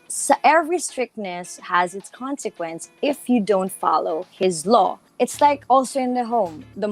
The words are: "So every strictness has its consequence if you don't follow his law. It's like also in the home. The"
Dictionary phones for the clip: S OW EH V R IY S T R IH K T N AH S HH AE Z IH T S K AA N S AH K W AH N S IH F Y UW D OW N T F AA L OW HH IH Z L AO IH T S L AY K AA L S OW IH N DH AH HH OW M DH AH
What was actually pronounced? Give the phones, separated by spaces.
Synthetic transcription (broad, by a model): S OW EH V R IY S T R IH K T N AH S HH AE Z IH T S K AA N S AH K W AH N S IH F Y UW D OW N T F AA L OW HH IH Z L AO IH T S L AY K AA L S OW IH N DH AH HH OW M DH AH